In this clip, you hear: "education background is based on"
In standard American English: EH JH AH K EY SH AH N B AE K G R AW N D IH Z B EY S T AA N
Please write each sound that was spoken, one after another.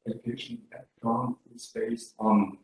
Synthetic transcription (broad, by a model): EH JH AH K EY SH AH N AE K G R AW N IH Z B EY S T N